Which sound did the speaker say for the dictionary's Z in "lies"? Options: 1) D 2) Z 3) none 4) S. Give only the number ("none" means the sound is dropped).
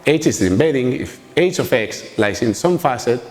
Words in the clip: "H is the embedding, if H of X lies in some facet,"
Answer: 4